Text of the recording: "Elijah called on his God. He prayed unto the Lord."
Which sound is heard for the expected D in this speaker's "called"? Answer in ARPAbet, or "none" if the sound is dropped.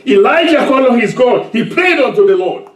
none